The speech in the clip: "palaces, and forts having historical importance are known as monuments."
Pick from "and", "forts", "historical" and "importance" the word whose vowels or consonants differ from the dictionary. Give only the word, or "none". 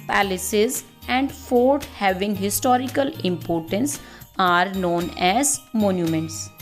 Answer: forts